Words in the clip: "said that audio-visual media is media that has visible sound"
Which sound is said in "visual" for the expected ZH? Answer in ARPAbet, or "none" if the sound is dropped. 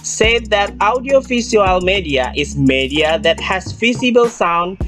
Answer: S